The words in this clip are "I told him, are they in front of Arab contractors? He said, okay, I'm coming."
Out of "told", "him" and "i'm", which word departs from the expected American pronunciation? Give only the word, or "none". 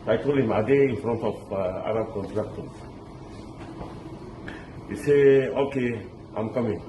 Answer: told